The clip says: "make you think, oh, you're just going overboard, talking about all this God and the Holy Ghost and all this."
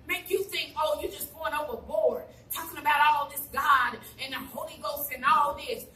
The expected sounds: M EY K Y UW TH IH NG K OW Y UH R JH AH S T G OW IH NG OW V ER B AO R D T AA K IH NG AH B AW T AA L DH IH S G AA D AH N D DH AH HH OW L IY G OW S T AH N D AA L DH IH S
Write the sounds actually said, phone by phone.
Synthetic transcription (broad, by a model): M EY K Y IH TH IH NG K OW Y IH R JH AH S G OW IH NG OW V ER B AO R D T AA K IH NG AH B AW T AA L DH IH S G AA D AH N DH AH HH OW L IY G OW S T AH N AA L DH IH S